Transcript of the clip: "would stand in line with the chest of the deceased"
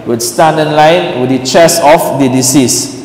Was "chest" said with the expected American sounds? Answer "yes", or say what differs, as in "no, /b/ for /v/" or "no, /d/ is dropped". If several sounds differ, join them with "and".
no, /t/ is dropped